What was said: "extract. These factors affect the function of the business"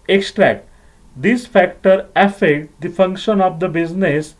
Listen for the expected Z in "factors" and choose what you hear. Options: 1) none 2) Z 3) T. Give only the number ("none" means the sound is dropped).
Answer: 1